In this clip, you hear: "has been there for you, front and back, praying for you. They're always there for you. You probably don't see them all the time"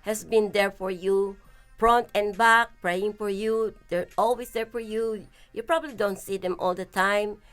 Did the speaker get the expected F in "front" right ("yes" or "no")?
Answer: no